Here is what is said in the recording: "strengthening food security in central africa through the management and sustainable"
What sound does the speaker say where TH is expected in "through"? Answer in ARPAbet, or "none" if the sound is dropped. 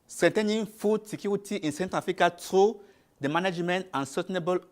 T